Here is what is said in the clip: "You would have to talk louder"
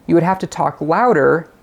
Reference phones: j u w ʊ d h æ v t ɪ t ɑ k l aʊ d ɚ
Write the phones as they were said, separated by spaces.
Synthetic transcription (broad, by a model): j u w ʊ d h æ f t ɪ t ɑ k l aʊ d ɚ